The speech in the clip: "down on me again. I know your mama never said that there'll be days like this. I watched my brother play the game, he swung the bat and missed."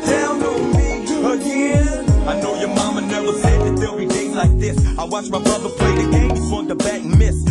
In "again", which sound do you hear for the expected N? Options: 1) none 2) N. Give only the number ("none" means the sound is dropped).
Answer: 1